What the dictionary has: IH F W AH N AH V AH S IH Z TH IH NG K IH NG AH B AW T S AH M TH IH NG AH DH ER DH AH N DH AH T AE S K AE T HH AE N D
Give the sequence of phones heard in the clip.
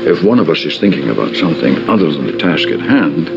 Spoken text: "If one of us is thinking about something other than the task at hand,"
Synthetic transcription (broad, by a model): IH F W AH N AH V AH S IH Z TH IH NG K IH NG AH B AW T S AH M TH IH NG AH DH ER DH AH N DH AH T AE S K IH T HH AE N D